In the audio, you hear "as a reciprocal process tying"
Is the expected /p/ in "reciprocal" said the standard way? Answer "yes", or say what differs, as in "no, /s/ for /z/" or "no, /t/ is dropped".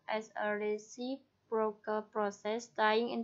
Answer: no, /b/ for /p/